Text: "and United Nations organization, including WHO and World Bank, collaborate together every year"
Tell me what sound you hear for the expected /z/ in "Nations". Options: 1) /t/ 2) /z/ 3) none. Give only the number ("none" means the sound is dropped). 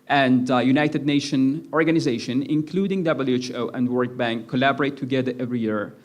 3